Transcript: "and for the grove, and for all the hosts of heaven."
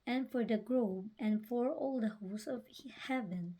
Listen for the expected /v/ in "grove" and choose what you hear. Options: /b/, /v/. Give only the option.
/b/